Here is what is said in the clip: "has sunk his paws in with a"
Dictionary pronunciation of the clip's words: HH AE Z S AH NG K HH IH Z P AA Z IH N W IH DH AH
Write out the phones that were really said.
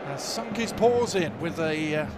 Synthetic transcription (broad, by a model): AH S AH NG K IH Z P AA Z IH N W IH DH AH